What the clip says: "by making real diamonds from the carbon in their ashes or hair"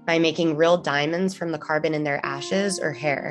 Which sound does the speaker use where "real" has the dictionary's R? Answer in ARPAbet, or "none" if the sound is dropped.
R